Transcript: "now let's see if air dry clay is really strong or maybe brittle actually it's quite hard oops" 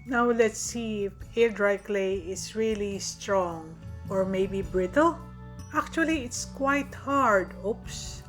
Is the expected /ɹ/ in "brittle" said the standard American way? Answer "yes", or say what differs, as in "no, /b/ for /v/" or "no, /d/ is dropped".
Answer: yes